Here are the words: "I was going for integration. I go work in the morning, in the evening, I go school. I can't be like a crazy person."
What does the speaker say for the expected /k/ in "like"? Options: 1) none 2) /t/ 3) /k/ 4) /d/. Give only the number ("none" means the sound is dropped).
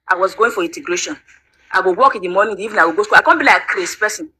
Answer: 1